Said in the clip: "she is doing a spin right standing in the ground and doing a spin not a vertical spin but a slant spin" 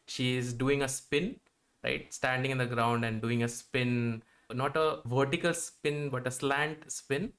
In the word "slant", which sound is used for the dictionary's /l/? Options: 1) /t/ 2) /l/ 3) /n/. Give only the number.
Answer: 2